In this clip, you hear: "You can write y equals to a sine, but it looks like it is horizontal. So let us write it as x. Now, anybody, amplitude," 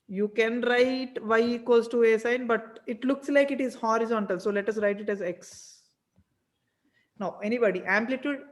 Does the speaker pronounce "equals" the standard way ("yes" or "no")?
no